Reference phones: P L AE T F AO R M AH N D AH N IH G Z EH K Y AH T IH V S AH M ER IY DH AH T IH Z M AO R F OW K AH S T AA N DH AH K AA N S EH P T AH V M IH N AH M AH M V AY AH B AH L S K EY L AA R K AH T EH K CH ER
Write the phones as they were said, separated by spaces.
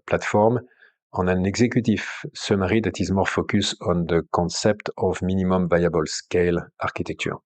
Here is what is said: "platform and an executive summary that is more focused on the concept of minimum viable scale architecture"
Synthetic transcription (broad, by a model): P L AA T F AO R M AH N AH N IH G Z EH K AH T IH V S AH M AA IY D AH T IH Z M AO R F OW K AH S AA N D AH K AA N S EH P T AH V M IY N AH M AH M V AY AH B AH L S K EY L AA R K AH T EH K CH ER